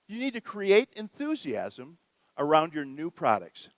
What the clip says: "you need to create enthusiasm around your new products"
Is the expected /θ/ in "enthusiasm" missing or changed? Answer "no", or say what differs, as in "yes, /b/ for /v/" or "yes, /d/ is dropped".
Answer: no